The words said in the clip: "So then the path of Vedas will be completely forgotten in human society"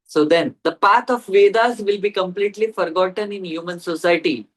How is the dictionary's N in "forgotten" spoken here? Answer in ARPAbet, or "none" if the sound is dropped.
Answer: N